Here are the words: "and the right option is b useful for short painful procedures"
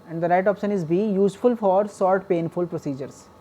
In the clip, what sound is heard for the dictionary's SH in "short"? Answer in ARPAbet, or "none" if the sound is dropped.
S